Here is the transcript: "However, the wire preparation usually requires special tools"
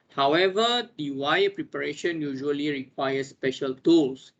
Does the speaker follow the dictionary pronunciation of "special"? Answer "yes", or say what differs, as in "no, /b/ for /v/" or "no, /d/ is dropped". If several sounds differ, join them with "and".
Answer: yes